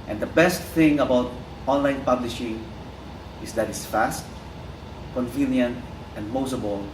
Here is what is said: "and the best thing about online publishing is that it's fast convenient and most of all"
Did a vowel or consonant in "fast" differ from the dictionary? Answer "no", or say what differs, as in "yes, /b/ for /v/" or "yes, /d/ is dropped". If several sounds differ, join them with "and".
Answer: no